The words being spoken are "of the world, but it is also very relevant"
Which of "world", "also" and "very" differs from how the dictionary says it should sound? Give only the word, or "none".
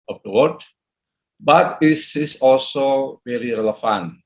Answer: world